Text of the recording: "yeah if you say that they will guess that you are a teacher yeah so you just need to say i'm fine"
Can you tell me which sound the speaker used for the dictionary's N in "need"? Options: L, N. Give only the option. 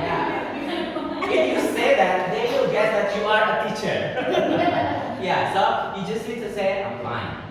L